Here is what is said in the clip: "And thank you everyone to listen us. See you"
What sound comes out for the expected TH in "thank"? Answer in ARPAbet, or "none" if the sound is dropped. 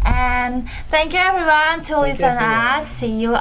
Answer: TH